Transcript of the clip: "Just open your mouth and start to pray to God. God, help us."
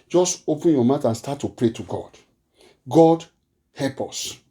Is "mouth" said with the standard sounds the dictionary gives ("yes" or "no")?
no